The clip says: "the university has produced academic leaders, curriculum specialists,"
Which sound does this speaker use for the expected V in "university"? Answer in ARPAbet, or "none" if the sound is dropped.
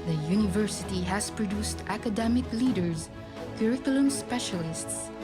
V